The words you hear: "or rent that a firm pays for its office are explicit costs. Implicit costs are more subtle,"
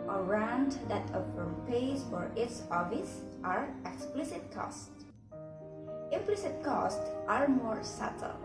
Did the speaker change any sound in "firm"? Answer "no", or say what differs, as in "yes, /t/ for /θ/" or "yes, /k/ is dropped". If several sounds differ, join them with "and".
yes, /p/ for /f/